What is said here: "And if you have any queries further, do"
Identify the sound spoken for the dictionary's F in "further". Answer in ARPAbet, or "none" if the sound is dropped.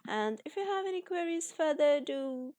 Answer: F